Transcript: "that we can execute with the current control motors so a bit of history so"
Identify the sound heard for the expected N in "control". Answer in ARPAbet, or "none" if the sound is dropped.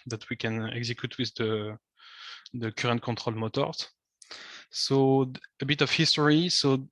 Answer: none